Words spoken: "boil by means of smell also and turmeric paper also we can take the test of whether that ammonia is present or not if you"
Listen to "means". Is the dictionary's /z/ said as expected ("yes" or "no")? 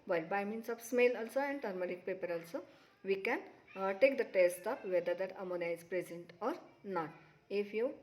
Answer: no